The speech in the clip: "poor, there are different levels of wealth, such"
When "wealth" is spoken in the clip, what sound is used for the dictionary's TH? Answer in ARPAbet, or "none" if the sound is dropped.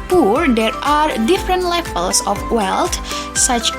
T